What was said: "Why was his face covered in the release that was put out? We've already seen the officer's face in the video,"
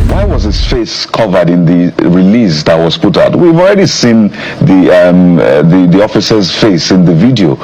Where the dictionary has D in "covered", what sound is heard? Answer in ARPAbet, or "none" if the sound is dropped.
D